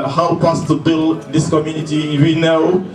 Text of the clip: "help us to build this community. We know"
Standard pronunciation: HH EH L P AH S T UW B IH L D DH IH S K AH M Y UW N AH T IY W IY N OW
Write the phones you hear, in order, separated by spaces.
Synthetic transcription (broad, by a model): HH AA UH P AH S T UW B IH L D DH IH S K AH M Y UW N AH T IY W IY N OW